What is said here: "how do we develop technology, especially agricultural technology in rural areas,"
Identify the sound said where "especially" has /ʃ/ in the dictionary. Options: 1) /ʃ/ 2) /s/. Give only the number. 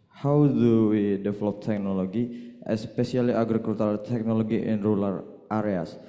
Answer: 2